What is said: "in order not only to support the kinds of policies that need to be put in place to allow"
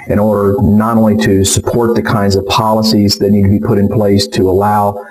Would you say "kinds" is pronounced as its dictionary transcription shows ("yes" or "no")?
yes